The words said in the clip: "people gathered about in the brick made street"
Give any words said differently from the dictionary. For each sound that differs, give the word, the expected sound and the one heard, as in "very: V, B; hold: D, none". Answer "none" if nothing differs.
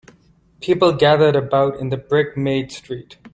none